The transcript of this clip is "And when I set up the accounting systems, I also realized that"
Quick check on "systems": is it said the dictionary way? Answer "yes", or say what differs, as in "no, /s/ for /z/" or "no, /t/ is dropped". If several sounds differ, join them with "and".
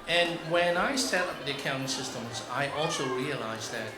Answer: yes